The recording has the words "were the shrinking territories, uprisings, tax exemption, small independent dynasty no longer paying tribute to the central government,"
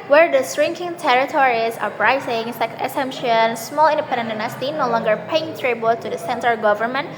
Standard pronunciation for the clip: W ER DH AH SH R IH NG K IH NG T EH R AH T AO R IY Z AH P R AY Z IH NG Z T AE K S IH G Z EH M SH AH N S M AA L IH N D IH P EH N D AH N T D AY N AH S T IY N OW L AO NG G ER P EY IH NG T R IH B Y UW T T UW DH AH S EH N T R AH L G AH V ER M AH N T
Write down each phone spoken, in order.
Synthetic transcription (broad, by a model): W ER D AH S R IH NG K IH NG T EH R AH T AO R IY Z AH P R AY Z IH NG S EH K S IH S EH M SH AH N S M AA L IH N D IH P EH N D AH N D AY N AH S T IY N OW L AO NG G ER P EY IH NG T R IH B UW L T UW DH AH S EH N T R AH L G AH V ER M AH N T